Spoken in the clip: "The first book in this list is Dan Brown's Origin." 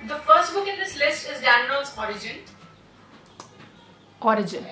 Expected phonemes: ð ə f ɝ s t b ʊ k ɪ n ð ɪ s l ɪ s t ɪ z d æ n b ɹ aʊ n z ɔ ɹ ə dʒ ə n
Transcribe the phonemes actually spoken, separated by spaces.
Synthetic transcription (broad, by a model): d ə f ɝ s t b ʊ k ɪ n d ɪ s l ɪ s t ɪ z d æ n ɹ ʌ l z ɔ ɹ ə dʒ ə n